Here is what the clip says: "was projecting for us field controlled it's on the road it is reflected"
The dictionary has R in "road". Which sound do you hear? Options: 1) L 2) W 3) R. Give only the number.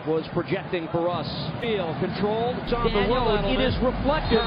2